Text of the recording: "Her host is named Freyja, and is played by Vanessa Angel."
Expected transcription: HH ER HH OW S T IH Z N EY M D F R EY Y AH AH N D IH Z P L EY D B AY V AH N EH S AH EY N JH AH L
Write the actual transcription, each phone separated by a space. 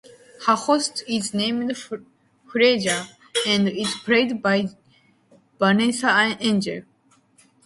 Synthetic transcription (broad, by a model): HH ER HH OW S T IH Z N EY M D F R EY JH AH AH N D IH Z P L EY D B AY B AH N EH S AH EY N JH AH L